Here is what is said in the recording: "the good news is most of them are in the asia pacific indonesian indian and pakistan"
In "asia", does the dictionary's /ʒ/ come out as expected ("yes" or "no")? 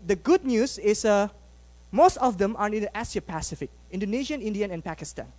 no